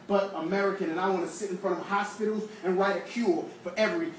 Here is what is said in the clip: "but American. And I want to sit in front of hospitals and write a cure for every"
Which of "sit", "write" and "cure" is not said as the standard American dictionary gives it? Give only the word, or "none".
cure